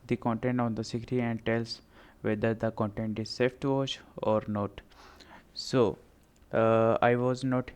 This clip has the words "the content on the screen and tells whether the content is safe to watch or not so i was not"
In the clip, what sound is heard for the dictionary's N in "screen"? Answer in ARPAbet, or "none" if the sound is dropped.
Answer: none